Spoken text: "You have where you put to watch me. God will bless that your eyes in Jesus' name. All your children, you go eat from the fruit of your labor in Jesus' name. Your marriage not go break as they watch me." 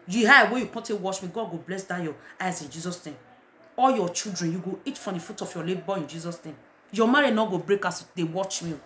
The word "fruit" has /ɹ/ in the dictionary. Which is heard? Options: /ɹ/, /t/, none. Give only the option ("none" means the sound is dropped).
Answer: none